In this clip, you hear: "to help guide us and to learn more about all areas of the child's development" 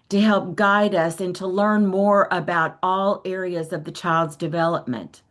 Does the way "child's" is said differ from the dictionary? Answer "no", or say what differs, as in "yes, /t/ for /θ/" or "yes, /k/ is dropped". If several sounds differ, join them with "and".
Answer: no